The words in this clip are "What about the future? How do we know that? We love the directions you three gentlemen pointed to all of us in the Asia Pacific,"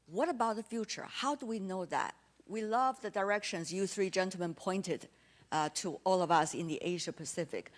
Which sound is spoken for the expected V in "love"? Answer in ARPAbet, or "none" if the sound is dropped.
V